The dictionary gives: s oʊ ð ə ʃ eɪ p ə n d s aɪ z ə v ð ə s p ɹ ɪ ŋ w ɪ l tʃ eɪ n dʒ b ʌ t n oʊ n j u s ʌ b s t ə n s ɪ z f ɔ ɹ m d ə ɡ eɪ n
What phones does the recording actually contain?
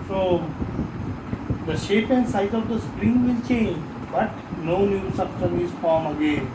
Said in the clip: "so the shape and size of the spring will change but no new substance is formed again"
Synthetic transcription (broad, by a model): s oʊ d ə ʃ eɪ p ə n d s aɪ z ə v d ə s p ɹ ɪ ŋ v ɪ l tʃ eɪ n dʒ b ʌ t n oʊ n j u s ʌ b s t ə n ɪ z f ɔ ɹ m ə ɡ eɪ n